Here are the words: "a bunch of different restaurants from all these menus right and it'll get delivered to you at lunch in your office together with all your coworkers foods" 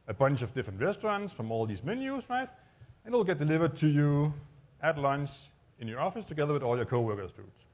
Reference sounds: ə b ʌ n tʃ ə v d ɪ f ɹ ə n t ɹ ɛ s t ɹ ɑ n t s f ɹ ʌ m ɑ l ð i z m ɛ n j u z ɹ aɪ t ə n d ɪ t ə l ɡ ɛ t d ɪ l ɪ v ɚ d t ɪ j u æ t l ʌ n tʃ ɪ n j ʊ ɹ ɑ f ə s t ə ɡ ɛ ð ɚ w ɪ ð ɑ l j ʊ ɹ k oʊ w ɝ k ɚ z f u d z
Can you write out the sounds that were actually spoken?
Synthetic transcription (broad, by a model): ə b ʌ n tʃ ə v d ɪ f ɹ ə n t ɹ ɛ s t ɹ ɑ n t s f ɹ ʌ m ɑ l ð i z m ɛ n j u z ɹ aɪ t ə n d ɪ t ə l ɡ ɛ t d ɪ l ɪ v ɚ d t ɪ j u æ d l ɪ n s ɪ n j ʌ ɹ ɑ f ə s t ə ɡ ɛ ð ɚ w ɪ ð ɑ l j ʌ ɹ k oʊ w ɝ k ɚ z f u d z